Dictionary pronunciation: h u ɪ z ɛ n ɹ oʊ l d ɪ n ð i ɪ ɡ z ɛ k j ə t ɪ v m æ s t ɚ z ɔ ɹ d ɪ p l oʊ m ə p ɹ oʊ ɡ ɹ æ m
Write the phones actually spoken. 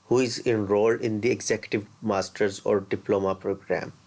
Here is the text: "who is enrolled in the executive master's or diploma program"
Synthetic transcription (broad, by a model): h u ɪ z ɛ n ɹ oʊ l d ɪ n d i ɪ ɡ z ɛ k j ə t ɪ v m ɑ s t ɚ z ɔ ɹ d ɪ p l oʊ m ə p ɹ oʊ ɡ ɹ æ m